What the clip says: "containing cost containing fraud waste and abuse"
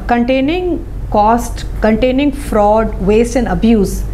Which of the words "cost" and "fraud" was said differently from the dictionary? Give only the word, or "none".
none